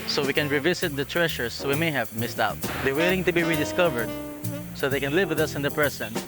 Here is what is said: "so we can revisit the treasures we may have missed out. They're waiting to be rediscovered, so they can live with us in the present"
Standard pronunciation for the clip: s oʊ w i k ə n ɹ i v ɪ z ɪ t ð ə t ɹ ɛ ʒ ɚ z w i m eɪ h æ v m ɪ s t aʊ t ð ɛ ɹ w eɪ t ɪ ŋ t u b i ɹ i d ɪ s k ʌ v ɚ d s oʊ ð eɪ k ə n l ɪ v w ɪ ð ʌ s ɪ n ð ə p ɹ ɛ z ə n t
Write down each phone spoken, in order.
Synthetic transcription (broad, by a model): s oʊ w i k ə n ɹ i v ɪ s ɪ t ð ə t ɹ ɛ ʃ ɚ s w i m eɪ h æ v m ɪ s t aʊ t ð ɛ ɹ w eɪ t ɪ ŋ t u b i ɹ i d ɪ s k ʌ v ɚ d s oʊ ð eɪ k ə n l ɪ v w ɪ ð ʌ s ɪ n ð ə p ɹ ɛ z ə n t